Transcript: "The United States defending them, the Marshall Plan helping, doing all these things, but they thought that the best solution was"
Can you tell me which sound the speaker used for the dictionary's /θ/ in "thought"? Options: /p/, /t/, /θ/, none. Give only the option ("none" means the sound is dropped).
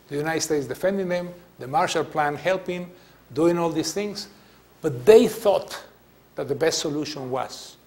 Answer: /θ/